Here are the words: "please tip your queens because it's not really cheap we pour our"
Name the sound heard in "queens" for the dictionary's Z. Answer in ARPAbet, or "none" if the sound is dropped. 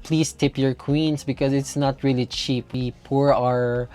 S